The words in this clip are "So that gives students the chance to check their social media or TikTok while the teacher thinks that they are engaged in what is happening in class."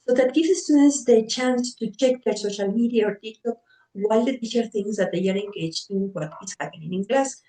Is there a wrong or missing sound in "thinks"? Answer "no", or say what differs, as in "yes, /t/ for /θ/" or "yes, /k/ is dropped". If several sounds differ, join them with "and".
yes, /k/ is dropped